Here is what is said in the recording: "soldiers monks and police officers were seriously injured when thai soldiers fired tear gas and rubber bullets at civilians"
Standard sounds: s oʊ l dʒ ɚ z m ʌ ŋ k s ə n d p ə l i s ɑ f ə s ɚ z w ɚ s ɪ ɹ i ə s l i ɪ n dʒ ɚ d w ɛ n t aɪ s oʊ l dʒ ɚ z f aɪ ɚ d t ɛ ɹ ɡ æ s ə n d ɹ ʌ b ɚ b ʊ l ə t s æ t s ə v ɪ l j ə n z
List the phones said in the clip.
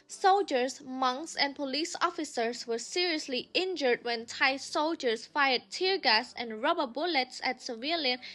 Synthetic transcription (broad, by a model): s oʊ l dʒ ɚ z m ʌ ŋ k s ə n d p ə l i s ɑ f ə s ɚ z w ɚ s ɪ ɹ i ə s l i ɪ n dʒ ɚ d w ɛ n t aɪ s oʊ l dʒ ɚ s f aɪ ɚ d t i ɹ ɡ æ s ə n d ɹ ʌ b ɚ b ʊ l ə t s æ t s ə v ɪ l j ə n